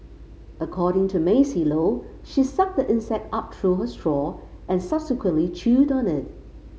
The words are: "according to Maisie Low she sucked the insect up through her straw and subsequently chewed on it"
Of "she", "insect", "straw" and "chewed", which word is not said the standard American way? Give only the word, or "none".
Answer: none